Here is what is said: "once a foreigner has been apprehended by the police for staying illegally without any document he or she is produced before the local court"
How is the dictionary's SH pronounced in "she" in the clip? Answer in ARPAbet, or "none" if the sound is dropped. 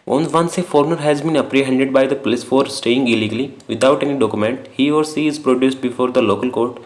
S